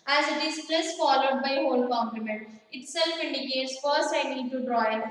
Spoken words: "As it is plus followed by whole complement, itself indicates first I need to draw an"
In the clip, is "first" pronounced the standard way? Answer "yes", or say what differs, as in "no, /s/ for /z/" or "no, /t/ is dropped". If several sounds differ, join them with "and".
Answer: no, /t/ is dropped